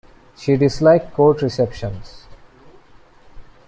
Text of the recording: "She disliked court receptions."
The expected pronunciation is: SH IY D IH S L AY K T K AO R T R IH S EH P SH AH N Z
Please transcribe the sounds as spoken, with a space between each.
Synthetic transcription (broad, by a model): SH IY D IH S L AY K K AO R T R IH S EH P SH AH N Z